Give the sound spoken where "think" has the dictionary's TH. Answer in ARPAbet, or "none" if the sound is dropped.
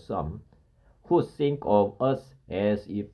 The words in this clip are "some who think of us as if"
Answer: S